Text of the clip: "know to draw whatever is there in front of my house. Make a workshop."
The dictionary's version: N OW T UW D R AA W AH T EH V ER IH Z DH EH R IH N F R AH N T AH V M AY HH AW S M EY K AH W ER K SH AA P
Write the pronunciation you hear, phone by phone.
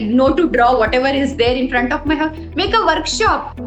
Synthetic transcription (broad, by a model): N OW T UW D R AA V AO T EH V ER IH Z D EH R IH N F R AH N T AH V M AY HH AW M EY K AH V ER K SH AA P